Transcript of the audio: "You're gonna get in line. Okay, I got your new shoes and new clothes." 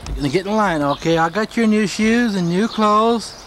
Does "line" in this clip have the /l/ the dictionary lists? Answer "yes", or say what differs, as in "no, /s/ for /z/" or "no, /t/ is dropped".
yes